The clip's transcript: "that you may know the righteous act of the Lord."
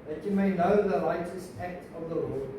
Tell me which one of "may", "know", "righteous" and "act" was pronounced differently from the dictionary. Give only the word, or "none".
righteous